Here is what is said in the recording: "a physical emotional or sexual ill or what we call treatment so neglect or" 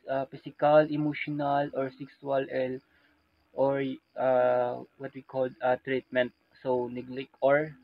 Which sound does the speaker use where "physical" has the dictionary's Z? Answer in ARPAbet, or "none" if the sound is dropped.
S